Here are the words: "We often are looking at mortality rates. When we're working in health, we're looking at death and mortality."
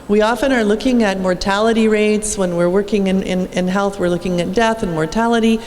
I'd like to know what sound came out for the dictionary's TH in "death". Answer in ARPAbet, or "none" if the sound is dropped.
TH